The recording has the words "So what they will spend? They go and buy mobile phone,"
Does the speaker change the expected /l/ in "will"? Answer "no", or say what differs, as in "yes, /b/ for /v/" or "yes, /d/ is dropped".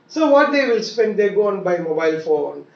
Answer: no